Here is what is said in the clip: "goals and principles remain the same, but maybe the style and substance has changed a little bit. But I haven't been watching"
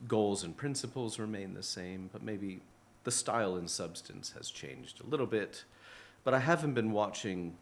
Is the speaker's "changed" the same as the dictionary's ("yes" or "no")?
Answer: yes